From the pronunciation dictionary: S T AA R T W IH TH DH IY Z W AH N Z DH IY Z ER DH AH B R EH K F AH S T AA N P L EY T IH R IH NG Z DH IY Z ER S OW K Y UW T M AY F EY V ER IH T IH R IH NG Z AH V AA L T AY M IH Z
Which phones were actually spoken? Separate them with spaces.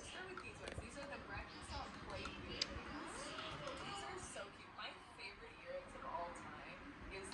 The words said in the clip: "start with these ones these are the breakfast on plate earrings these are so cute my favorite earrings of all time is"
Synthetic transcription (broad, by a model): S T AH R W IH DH IY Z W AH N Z DH IY Z ER DH AH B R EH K AH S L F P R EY IH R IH Z DH IY Z ER S OW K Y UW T M AY F EY V ER IH T IH R IH NG Z AH V AA L T AY M IH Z